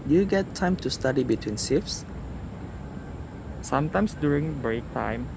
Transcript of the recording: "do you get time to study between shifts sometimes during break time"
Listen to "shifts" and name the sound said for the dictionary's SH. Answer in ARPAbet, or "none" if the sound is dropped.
S